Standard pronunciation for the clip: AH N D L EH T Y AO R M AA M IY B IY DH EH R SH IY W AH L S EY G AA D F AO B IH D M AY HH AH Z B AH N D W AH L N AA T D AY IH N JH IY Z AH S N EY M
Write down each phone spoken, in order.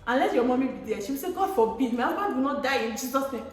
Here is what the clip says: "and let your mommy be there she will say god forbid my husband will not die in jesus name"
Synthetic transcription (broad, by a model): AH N L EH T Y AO M AA M IY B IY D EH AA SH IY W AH S EY G AA D F AO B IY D M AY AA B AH D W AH N AA T D AY IH N JH IY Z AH S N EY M